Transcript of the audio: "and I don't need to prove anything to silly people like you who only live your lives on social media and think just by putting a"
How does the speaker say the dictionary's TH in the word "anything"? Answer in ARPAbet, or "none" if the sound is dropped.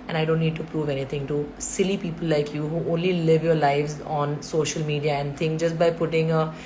T